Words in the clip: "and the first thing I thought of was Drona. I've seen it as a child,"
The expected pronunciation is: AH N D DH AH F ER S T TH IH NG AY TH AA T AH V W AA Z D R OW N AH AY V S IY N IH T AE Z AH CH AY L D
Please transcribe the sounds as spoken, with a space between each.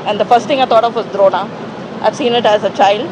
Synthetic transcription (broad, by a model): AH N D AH F ER S T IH NG AY T AA T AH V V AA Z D R OW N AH AY V S IY N IH T AE Z AH CH AY L D